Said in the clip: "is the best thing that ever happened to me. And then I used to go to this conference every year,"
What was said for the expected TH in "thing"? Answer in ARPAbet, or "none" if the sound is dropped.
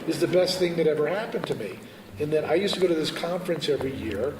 TH